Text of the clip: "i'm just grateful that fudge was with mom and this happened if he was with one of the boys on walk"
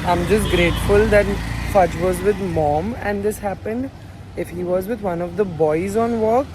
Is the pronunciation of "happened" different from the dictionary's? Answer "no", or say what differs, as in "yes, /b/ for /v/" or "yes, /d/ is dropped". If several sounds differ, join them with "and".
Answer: no